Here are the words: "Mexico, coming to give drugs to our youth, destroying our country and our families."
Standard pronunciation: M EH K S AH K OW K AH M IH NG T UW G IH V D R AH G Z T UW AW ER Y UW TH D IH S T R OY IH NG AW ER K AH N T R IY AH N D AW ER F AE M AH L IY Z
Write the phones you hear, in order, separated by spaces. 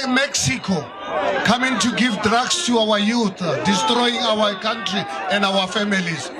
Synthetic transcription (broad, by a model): M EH K S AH K OW K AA M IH NG T UW G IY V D R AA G S T UW AW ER Y UW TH D IH S T R OY IH NG AW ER K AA N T R IY AH N D AW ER F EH M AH L IY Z